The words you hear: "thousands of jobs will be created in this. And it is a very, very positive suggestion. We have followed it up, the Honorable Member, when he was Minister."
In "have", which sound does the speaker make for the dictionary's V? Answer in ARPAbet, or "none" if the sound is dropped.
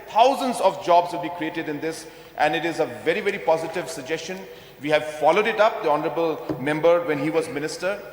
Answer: V